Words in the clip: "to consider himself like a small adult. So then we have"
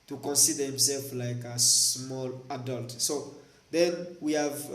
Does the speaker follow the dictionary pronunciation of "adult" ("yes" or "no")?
yes